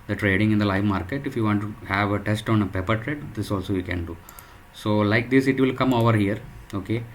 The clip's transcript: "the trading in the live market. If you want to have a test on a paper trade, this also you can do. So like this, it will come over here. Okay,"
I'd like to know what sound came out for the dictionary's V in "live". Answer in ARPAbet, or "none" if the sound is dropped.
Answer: V